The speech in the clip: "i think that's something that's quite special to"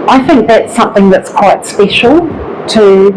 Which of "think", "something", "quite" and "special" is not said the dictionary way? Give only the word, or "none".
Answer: none